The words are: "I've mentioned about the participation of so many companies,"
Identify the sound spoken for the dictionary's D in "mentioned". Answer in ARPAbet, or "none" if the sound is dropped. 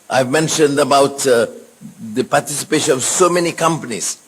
D